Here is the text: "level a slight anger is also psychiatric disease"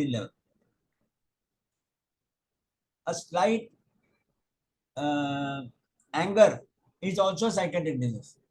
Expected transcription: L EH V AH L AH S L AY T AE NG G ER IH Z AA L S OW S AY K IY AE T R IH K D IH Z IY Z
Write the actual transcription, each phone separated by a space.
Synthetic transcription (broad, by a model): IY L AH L AH S L AY T AE NG G ER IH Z AA L S OW S AY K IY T IH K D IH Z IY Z